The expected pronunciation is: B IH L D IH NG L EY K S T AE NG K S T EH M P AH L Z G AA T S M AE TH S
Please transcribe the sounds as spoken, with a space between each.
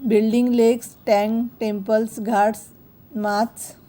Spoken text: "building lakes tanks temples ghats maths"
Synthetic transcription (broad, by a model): B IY L D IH NG L EY K S T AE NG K T EH M P AH L S G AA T S M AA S